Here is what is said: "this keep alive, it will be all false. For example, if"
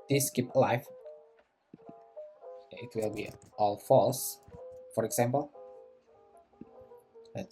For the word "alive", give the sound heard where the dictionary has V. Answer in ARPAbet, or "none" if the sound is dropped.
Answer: F